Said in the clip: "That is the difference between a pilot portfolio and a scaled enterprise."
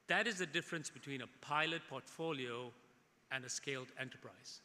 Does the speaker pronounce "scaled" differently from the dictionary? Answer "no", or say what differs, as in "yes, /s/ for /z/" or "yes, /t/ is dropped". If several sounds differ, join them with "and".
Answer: no